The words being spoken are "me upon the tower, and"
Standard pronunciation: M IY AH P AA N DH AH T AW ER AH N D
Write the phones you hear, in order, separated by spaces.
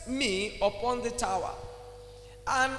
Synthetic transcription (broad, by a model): M IY AH P AA N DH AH T AW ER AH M